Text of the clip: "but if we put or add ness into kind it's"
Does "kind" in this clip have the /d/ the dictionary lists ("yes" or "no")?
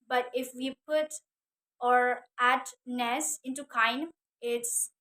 no